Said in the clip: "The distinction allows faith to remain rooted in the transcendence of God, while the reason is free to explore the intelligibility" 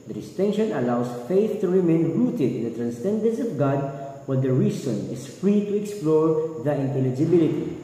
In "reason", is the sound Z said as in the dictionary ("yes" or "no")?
no